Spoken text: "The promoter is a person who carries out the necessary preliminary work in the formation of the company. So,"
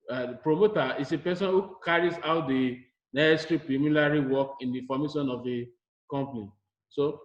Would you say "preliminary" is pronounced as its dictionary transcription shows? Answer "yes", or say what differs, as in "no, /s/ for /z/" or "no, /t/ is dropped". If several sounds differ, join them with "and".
no, /l/ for /n/